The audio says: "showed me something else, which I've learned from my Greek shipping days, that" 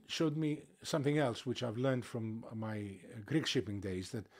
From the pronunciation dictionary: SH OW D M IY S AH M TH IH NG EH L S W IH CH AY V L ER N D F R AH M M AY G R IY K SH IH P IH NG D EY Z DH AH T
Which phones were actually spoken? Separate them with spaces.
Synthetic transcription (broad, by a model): SH OW D M IY S AH M TH IH NG EH L S W IH CH AY V L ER N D F R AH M M AY G R IY K SH IH P IH NG D EY Z DH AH T